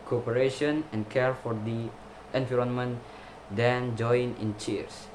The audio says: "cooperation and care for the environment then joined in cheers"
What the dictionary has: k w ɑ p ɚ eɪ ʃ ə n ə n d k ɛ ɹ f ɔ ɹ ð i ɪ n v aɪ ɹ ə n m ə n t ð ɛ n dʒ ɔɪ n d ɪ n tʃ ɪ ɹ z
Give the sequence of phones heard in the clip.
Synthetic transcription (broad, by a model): k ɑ p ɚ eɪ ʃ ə n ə n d k ɛ ɹ f ɔ ɹ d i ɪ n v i ɹ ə n m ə n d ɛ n dʒ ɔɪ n ɪ n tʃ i ɹ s